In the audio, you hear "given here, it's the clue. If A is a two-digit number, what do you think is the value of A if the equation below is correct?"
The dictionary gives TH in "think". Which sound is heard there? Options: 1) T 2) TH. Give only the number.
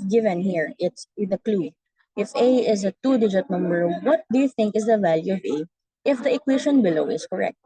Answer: 2